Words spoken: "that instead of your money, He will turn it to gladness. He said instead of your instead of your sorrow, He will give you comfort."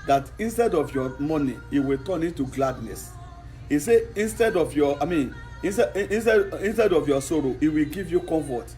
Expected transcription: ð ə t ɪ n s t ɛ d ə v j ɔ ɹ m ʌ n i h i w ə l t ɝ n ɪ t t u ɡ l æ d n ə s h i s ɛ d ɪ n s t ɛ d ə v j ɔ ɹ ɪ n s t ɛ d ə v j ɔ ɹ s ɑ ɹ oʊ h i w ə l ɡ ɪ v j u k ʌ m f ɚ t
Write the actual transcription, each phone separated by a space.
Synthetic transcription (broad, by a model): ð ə t ɪ n s t ɛ d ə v j ɔ m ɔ n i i w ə t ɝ n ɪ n t u ɡ l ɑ d n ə s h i s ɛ ɪ n s t ɛ d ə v j ɔ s ɪ n s t ɛ d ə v j ɔ s ɑ ɹ oʊ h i w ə ɡ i v j u k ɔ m f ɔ t